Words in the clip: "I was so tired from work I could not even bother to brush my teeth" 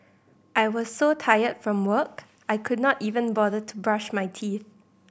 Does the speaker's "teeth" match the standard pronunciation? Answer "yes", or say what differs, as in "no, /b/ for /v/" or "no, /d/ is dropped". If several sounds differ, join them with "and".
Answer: yes